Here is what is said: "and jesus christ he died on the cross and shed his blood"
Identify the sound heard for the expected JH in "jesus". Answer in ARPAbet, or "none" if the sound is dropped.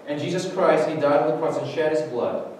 JH